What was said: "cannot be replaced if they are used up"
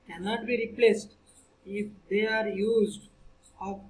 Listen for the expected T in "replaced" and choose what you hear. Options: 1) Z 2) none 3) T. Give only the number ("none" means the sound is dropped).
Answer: 3